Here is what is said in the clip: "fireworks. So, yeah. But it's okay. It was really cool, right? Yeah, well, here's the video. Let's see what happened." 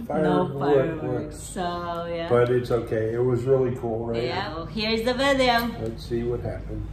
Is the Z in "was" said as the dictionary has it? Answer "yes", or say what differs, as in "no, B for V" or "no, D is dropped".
yes